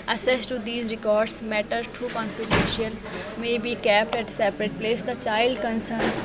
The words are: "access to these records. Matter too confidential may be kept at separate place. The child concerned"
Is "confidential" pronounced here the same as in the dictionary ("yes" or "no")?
no